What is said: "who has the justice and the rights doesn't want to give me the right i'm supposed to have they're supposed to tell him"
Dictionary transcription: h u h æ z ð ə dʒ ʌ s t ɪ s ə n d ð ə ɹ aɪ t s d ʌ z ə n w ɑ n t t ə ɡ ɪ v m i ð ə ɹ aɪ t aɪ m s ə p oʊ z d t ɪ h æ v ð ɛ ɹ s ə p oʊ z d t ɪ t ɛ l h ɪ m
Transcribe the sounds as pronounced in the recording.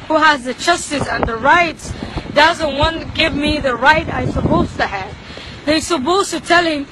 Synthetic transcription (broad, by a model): h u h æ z ð ə tʃ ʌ s t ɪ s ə n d ð ə ɹ aɪ t s d ʌ z ə n w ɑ n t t ɡ ɪ v m i ð ə ɹ aɪ t aɪ s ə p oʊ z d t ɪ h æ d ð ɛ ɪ s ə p oʊ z t ɪ t ɛ l h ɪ m